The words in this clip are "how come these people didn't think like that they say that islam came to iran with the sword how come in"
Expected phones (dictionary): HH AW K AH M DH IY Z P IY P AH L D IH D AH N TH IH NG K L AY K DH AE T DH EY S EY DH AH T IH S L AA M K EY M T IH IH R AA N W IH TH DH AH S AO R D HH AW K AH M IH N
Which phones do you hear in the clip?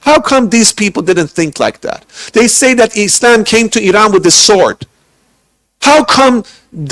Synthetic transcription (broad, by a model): HH AW K AH M DH IY Z P IY P L D IH D N TH IH NG K L AY K DH AE T DH EY S EY DH AH T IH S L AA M K EY M T IH IH R AA N W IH DH AH S AO R D HH AW K AH M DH